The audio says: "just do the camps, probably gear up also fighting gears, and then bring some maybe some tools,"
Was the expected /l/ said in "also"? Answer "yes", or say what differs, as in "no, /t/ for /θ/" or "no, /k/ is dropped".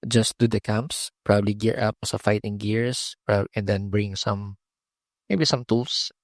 no, /l/ is dropped